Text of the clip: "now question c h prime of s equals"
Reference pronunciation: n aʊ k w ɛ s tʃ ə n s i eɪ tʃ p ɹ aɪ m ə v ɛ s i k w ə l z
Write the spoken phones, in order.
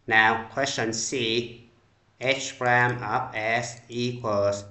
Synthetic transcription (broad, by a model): n aʊ k w ɛ s tʃ ə n s i eɪ tʃ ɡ ɹ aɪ m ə p ɛ s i k w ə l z